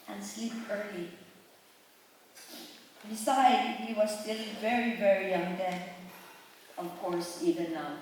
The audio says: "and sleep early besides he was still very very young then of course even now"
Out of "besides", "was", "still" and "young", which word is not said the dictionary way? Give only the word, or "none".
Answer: besides